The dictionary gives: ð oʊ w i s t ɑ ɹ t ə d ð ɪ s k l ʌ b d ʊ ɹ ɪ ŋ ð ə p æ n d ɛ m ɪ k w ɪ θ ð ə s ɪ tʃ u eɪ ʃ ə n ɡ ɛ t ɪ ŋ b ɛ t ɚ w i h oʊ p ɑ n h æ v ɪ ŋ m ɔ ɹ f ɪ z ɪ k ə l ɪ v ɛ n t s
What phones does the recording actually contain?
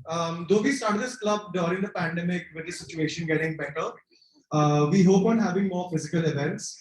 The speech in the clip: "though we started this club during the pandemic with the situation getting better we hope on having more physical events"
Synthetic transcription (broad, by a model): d oʊ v i s t ɑ ɹ t ə d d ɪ s k l ʌ b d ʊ ɹ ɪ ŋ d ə p æ n d ɛ m ɪ k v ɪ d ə s ɪ tʃ u eɪ ʃ ə n ɡ ɛ t ɪ ŋ b ɛ t ɚ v i h oʊ p ɑ n h æ v ɪ ŋ m ɔ ɹ f ɪ z ɪ k ə l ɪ v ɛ n t s